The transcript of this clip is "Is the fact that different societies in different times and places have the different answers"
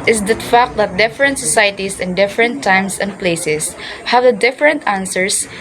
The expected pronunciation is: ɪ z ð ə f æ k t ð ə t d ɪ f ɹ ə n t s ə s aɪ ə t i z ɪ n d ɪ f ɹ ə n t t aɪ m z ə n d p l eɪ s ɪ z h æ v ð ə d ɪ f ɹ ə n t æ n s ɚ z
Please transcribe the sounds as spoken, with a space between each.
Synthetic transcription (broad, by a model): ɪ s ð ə f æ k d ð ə t d ɪ f ɹ ə n t s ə s aɪ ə t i s ɪ n d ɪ f ɹ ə n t t aɪ m s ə n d p l eɪ s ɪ s h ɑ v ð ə d ɪ f ɹ ə n t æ n s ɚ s